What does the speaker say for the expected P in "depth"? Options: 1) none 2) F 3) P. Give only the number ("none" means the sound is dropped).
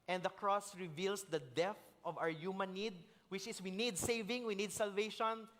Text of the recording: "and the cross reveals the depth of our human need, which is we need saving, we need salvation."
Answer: 1